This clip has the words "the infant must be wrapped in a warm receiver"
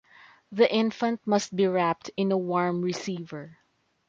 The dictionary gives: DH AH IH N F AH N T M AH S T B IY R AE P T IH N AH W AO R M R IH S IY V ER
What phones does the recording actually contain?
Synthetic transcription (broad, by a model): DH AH IH N F AH N T M AH S T B IY R AE P T IH N AH W AO R M R IH S IY V ER